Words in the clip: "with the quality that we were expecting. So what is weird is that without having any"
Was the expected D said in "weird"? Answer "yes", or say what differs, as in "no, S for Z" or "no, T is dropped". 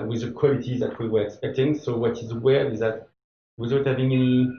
no, D is dropped